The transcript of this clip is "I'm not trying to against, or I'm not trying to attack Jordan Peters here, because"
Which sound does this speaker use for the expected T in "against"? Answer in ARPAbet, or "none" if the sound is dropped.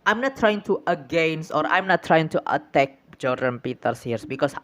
none